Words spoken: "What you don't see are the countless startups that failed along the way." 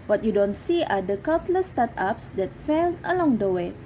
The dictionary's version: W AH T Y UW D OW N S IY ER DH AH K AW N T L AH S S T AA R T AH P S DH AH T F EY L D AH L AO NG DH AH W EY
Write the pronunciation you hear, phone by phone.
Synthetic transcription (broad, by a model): W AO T Y UW D OW N S IY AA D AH K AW T L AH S S T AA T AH P S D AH T F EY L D AH L AO NG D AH W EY